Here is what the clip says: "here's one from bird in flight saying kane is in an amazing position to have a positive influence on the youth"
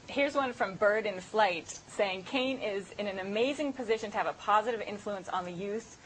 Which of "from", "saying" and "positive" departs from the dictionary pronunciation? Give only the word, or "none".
none